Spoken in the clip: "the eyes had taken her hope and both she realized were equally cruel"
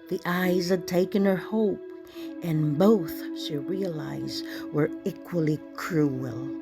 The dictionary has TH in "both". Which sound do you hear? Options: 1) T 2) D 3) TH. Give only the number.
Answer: 3